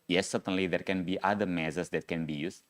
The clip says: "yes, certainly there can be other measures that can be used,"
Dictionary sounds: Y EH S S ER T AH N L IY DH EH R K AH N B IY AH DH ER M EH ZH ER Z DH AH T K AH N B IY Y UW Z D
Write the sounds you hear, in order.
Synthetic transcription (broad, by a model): Y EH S S ER T AH N L IY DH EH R K AH N B IY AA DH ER M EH S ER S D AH T K AH N B IY Y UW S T